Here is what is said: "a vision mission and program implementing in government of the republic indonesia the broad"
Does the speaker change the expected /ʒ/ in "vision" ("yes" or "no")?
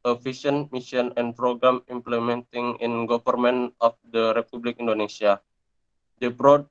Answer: yes